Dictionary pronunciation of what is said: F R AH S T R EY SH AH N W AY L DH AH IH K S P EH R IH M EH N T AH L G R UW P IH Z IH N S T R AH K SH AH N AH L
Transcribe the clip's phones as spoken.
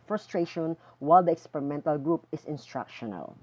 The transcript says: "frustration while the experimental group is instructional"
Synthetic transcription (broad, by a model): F R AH S T R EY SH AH N W AY L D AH IH K S P EH R IH M EH N T AH L G R UW P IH S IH N S T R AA K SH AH N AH L